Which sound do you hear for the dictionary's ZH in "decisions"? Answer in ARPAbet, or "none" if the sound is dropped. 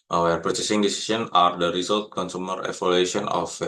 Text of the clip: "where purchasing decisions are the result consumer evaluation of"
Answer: S